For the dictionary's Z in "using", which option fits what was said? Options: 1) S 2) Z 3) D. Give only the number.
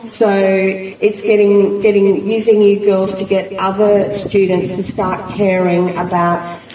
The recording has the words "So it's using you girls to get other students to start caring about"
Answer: 2